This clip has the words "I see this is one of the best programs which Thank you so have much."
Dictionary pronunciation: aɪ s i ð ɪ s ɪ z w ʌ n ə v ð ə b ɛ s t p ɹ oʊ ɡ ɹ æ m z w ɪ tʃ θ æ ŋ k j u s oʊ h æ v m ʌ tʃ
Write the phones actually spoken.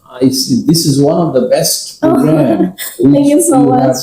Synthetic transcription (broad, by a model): aɪ s i ð ɪ s ɪ z w ʌ n ə v ð ə b ɛ s t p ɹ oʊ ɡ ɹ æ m w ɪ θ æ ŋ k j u s oʊ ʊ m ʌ